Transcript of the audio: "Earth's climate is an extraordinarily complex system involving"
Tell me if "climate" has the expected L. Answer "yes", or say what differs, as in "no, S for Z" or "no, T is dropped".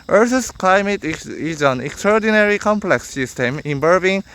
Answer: yes